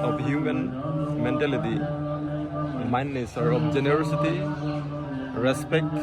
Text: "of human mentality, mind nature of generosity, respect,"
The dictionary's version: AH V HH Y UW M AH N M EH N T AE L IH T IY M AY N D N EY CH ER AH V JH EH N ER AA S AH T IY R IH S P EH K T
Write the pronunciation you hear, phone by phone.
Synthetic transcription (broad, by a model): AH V HH Y UW M AH N M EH N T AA L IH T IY M AY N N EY S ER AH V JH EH N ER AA S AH T IY R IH S P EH K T